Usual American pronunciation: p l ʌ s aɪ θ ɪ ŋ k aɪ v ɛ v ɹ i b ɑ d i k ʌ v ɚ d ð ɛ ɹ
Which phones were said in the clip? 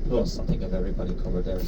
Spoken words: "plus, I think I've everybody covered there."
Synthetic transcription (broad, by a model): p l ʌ s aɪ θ ɪ ŋ aɪ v ɛ v ɹ i b ɑ d i k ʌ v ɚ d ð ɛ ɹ